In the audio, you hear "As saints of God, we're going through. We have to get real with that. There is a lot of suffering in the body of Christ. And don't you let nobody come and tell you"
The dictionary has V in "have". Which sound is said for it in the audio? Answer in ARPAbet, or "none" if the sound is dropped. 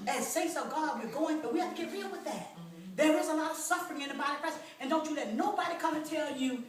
F